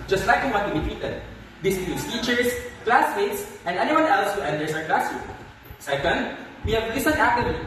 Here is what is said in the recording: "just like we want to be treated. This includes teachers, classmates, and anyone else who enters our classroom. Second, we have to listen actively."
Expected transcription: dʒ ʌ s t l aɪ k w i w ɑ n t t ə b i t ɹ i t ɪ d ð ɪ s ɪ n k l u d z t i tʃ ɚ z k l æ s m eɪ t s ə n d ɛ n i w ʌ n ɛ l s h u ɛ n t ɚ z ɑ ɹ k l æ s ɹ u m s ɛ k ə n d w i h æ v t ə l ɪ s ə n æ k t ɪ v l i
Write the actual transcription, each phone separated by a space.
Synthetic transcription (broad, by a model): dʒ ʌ s t l aɪ k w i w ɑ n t t ə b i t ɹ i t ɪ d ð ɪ s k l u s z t i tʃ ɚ s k l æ s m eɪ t s ə n d ɛ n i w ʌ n ɛ l s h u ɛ n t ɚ s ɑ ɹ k l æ s u s ɛ k ə n d w i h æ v l ɪ s ə n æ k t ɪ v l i